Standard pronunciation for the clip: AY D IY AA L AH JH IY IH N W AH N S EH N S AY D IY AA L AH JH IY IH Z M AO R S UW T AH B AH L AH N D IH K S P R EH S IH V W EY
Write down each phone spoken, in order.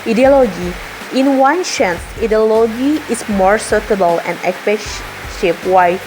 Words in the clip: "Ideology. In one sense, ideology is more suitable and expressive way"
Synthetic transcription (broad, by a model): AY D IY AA L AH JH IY IH N W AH N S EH N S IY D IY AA L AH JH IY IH S M AO R S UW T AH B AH L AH N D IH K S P EH SH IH P W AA